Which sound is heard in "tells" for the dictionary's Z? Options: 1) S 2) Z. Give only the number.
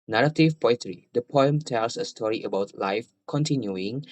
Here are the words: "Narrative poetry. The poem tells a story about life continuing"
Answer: 1